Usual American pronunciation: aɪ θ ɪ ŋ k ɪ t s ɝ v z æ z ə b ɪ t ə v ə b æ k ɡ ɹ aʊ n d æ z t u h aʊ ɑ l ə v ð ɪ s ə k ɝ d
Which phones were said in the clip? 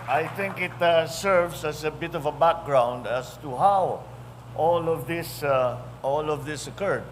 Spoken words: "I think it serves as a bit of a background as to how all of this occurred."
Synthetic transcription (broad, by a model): aɪ θ ɪ ŋ k ɪ t s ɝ v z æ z ə b ɪ t ə v ə b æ k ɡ ɹ aʊ n d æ s t u h aʊ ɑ l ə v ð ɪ s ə k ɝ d